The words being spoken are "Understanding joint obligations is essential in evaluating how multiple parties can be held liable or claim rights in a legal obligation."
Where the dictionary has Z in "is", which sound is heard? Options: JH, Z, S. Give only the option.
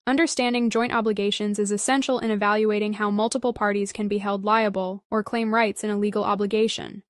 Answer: Z